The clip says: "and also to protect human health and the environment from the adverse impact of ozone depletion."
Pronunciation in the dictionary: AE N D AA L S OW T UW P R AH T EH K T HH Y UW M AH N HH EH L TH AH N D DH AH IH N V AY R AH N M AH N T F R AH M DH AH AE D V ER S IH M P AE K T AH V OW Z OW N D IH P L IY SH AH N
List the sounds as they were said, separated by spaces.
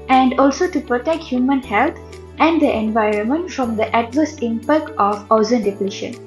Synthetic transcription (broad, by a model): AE N D AA L S OW T UW P R AH T EH K T HH Y UW M AH N HH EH L T AH N D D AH IH N V AY R AH N M AH N T F R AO M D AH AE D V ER S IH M P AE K T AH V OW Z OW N D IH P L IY SH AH N